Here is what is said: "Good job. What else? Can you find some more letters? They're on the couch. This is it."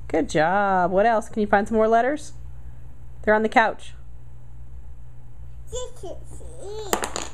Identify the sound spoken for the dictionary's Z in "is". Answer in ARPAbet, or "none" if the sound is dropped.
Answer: S